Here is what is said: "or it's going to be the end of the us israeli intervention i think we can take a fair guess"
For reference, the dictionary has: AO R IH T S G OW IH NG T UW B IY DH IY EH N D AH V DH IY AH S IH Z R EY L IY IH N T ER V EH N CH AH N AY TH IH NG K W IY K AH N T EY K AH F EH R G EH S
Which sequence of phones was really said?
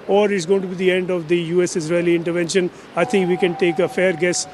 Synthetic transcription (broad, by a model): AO R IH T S G OW IH NG T UW B IY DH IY EH N D AH V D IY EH S IH Z R EY L IY IH N T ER V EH N SH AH N AY T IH NG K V IY K AH N T EY K AH F EH R G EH S